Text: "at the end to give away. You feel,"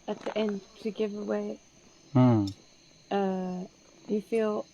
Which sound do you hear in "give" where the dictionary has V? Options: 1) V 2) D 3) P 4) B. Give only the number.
1